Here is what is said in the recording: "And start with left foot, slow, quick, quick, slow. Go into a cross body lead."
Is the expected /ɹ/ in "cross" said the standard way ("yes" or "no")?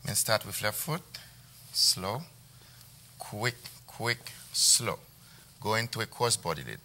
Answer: no